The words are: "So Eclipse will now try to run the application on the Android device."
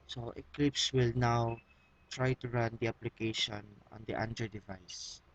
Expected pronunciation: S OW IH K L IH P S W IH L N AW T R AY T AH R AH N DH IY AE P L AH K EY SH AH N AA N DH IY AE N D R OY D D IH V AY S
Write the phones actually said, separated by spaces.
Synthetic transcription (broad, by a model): S OW IH K L IH P S W IH L N AW T R AY T AH R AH N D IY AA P L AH K EY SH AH N AA N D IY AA N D EH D D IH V AY S